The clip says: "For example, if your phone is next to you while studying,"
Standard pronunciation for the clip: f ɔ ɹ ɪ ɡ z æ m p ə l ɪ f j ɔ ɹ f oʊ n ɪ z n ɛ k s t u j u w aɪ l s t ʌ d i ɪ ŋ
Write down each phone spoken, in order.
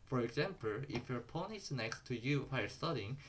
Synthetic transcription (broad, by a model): f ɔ ɹ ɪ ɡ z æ m p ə l ɪ f j ɔ ɹ p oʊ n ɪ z n ɛ k s t u j u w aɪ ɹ s t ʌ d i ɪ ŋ